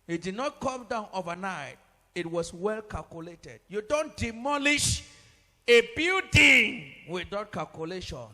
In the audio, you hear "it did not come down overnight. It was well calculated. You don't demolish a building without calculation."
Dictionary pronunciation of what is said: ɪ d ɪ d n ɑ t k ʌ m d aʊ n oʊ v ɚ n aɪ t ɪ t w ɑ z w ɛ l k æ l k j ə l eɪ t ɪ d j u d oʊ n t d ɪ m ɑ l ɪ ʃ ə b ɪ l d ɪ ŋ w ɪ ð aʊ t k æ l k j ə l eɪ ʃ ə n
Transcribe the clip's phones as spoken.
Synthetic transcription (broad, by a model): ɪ d ɪ d n ɑ t k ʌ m d aʊ n oʊ v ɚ n aɪ t ɪ t w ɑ s w ɛ l k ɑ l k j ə l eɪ t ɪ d j u d oʊ n t d ɪ m ɑ l ɪ ʃ ə b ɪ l d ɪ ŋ w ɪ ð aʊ t k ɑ l k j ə l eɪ ʃ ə n